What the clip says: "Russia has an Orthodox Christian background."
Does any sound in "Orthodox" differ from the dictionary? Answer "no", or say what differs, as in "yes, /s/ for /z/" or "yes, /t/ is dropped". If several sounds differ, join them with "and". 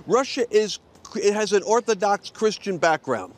no